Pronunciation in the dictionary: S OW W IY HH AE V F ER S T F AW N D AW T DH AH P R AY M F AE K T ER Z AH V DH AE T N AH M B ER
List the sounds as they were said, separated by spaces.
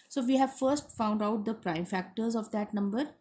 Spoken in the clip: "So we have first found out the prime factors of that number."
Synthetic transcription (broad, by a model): S OW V IY HH AE V F ER S T F AW N D AW T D AH P R AY M F AE K T ER Z AH V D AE T N AH M B ER